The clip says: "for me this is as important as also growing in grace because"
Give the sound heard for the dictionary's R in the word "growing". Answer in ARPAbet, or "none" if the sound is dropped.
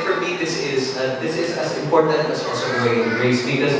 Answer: none